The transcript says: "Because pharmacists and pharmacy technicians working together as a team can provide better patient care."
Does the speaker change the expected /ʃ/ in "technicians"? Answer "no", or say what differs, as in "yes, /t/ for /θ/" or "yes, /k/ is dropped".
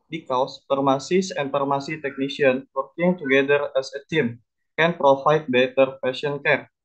yes, /s/ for /ʃ/